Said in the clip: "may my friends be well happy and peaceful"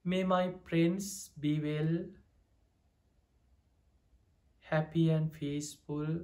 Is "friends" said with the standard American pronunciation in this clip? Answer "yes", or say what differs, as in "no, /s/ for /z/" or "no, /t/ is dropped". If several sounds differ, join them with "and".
no, /p/ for /f/ and /s/ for /z/